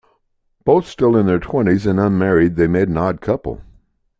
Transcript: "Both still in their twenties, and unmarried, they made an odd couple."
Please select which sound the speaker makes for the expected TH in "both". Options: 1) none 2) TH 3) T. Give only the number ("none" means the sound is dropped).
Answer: 2